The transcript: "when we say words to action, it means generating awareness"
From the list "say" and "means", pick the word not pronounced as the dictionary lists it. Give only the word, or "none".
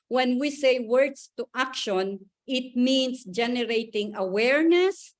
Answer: means